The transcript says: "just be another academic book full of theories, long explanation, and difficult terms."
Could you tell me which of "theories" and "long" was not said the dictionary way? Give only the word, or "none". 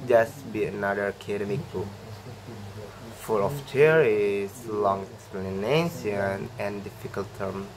theories